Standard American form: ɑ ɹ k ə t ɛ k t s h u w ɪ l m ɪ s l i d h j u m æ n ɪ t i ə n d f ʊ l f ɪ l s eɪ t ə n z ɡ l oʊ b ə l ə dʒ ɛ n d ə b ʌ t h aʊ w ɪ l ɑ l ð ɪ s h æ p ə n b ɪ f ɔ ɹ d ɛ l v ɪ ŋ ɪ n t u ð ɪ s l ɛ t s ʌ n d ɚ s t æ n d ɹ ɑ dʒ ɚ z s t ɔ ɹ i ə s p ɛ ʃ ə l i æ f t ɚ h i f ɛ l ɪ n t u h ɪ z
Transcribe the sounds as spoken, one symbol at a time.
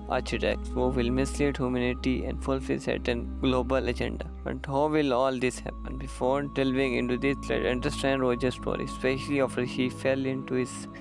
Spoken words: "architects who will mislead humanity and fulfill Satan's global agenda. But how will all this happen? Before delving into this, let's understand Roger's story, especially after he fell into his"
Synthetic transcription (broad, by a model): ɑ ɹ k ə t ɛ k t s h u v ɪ l m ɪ s l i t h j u m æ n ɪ t i ə n d f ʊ l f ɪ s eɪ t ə n ɡ l oʊ b ə l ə dʒ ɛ n d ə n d h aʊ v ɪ l ɑ l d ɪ s h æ p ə n b ɪ f ɔ ɹ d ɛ l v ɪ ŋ ɪ n t u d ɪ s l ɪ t ʌ n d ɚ s t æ n d ɹ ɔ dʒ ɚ s t ɔ ɹ i s p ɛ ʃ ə l i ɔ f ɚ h i f ɛ l ɪ n t u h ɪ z